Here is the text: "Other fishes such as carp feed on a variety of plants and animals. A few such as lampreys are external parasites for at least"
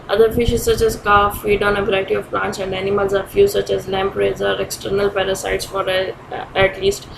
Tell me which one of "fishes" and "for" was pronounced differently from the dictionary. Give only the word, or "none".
none